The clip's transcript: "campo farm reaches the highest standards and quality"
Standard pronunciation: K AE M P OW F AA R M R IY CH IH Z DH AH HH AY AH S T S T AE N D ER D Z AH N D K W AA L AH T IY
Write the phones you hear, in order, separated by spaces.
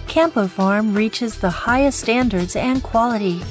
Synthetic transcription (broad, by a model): K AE M P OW F AA R M R IY CH IH Z DH AH HH AY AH S S T AE N D ER D Z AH N K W AA L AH T IY